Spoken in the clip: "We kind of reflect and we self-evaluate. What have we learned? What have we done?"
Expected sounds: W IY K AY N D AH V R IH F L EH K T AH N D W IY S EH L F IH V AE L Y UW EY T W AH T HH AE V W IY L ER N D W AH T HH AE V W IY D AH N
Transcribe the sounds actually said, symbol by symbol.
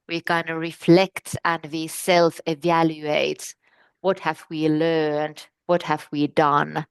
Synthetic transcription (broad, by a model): W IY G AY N AH R IH F L EH K T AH N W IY S EH L F IH V AE L Y UW EY T W AH T HH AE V W IY L ER N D W AH T HH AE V W IY D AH N